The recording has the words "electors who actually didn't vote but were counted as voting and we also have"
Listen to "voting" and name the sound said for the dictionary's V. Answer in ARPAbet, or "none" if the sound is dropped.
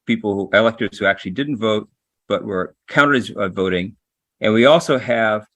V